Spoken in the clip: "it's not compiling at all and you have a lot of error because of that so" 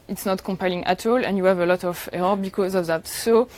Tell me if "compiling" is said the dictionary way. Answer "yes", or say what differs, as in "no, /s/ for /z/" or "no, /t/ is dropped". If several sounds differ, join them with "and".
yes